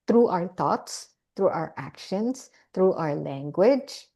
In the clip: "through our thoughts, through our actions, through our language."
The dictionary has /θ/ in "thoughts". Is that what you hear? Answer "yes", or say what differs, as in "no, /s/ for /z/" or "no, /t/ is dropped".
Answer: no, /t/ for /θ/